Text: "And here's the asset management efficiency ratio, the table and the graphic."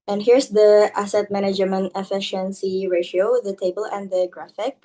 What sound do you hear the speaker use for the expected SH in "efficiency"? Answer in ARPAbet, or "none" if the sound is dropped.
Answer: SH